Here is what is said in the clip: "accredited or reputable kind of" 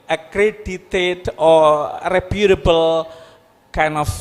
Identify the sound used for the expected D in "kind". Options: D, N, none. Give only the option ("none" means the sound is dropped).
none